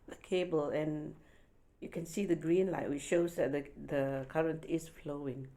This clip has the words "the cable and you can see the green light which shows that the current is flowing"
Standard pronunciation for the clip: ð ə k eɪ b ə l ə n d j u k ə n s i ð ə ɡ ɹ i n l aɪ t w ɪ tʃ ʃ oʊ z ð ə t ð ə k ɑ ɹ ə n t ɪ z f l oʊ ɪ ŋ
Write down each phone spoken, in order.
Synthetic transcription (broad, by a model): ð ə k eɪ b ə l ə n j u k ə n s i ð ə ɡ ɹ i n l aɪ t w ɪ tʃ ʃ oʊ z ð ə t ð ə k ɑ ɹ ə n t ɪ s f l oʊ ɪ ŋ